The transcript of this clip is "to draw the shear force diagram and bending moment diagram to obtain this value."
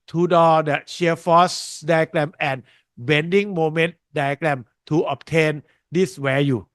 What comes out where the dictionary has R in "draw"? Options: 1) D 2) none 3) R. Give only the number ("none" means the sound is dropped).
2